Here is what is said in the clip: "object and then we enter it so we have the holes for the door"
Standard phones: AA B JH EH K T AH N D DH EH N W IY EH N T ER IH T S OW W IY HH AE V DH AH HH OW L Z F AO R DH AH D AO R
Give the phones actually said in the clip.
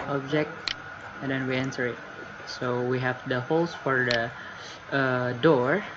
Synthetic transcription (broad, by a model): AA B JH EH K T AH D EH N W IY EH N S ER IH T S OW W IY HH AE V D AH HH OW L S F AO R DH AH D AO R